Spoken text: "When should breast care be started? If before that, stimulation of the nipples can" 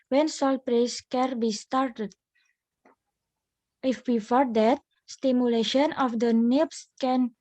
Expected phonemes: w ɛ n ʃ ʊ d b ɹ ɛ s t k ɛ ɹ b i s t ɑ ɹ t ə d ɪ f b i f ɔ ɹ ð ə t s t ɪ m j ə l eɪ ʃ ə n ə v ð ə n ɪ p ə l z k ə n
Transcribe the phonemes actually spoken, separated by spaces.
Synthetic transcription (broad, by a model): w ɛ n s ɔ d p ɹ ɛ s k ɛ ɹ b i s t ɑ ɹ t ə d ɪ f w i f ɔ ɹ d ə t s t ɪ m j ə l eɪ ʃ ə n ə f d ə n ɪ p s k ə n